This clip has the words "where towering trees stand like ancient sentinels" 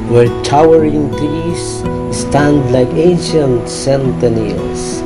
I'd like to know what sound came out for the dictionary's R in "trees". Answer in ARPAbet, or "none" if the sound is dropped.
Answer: none